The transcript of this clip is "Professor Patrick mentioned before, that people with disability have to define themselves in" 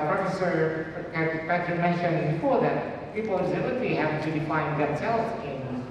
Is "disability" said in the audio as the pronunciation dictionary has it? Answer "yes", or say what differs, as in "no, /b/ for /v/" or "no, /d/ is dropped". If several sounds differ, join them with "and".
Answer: no, /s/ is dropped and /b/ is dropped